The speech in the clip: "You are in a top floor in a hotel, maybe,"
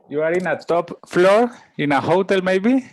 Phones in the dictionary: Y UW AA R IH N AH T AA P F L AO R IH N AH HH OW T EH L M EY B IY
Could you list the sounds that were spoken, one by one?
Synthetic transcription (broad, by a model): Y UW AA R IH N AH T AA P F L AO R IH N AH HH OW T EH L M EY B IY